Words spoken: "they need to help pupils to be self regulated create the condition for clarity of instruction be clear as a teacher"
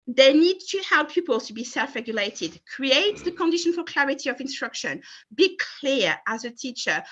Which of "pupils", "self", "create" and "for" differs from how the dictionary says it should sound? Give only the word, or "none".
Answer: pupils